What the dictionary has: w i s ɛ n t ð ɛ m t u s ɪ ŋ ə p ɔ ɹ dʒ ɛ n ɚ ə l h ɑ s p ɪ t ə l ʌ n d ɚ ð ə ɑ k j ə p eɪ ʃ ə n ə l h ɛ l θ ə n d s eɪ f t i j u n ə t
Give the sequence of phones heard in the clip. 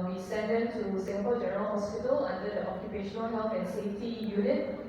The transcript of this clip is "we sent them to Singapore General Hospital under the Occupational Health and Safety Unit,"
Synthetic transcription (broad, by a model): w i s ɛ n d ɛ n t u s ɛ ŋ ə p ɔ dʒ ɛ n ɚ ə l h ɑ s p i t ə l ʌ n d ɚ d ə ɑ k j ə p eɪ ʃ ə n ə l h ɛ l f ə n s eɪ f t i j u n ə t